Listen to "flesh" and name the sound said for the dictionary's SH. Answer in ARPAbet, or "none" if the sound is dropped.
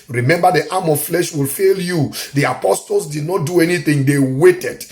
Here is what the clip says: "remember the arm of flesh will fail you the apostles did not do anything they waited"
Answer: SH